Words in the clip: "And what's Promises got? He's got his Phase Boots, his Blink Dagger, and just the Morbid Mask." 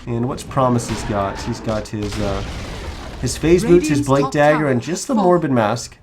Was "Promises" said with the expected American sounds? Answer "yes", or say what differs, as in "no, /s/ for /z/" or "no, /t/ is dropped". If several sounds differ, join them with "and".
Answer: yes